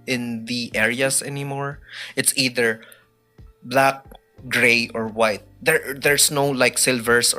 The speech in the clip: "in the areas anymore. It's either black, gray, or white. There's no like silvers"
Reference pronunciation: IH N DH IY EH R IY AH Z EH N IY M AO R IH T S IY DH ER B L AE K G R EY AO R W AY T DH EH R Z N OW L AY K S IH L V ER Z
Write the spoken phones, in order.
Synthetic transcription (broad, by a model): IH N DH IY EH R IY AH S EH N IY M AO R IH T S IY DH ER B L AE K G R EY AO R W AY T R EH R S N OW L AY K S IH L V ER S